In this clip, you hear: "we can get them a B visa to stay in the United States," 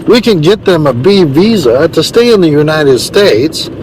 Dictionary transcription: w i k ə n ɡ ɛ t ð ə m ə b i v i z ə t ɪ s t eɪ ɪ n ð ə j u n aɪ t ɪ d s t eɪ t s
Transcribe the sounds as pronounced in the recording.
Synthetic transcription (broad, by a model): w i k ə n ɡ ɛ t ð ə m ə b i v i z ə t ɪ s t eɪ ɪ n ð ə j u n aɪ t ɪ d s t eɪ t s